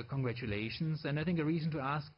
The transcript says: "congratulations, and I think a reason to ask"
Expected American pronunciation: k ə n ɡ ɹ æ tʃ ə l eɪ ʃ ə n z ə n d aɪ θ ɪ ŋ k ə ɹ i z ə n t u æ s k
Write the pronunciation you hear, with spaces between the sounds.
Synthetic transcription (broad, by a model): k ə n ɡ ɹ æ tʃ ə l eɪ ʃ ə n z ə n d aɪ θ ɪ ŋ k ə ɹ i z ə n t u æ s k